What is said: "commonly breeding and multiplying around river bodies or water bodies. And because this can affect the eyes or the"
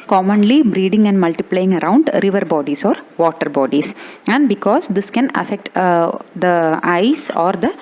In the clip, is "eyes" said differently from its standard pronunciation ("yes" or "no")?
yes